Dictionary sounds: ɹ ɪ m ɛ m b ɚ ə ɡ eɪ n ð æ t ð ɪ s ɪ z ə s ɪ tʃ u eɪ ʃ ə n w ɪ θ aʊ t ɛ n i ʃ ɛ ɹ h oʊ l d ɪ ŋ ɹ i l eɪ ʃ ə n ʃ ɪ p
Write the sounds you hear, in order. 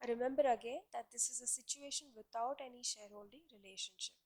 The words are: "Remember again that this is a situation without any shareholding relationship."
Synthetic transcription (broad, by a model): ɹ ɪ m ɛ m b ɚ ə ɡ eɪ n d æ t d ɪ s ɪ z ə s ɪ tʃ u eɪ ʃ ə n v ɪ t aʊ t ɛ n i ʃ ɛ ɹ h oʊ l d ɪ ŋ ɹ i l eɪ ʃ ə n ʃ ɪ p